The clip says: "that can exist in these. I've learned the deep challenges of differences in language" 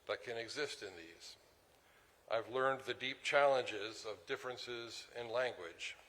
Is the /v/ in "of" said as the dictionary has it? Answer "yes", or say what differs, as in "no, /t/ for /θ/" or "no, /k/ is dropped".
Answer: yes